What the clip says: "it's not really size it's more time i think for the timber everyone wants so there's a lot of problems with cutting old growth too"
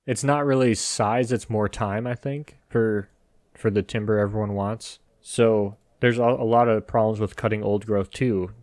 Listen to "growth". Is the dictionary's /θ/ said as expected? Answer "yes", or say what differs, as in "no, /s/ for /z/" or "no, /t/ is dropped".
yes